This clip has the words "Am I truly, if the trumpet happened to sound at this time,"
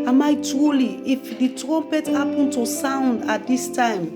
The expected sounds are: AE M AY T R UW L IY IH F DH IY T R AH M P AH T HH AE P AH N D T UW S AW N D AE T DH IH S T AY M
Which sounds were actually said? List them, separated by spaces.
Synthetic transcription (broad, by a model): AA M AY T R UW L IY IH F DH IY T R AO M P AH T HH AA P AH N T UW S AW N D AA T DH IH S T AY M